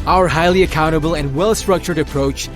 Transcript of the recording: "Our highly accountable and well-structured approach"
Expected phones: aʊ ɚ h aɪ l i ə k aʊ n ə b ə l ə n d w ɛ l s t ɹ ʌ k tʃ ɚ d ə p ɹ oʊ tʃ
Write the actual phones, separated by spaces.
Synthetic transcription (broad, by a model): aʊ ɚ h aɪ l i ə k aʊ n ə b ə l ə n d w ɛ l s t ɹ ʌ k tʃ ɚ d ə p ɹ oʊ tʃ